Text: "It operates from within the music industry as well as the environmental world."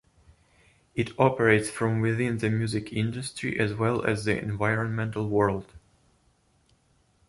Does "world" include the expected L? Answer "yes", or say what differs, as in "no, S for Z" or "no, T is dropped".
yes